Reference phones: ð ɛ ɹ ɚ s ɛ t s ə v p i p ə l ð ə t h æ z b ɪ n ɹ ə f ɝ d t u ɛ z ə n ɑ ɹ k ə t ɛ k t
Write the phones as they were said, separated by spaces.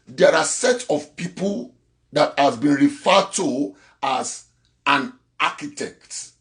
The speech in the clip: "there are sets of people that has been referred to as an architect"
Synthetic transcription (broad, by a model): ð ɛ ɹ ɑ s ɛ t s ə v p i p ə l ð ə t h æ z b ɪ n ɹ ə f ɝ d t u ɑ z ə n ɑ k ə t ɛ k t